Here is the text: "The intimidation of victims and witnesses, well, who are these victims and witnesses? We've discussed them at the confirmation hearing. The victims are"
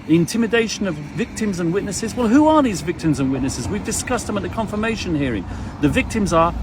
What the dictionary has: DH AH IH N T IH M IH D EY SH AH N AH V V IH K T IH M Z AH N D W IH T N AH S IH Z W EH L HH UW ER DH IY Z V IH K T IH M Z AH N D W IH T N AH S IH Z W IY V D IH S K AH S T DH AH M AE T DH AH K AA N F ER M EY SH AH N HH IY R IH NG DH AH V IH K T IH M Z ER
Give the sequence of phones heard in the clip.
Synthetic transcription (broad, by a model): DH IH N T IH M IH D EY SH AH N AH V V IH K T IH M Z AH N W IH T N AH S IH Z W EH L HH UW ER DH IY Z V IH K T IH M Z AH N W IH T N AH S IH Z W IY V D IH S K AH S T DH AH M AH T DH AH K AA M F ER M EY SH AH N HH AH R IH NG DH AH V IH K T IH M Z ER